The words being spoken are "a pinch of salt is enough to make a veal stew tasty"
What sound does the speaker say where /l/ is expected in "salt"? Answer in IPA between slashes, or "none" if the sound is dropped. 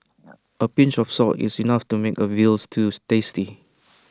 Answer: none